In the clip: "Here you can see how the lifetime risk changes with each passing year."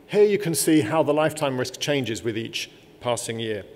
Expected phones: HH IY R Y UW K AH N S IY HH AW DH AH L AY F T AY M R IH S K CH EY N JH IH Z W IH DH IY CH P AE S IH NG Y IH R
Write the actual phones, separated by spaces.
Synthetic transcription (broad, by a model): HH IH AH Y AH K AH N S IY HH AW DH AH L AY F T AY M R IH S K CH EY N JH IH Z W IH DH IY CH P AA S IH NG Y IH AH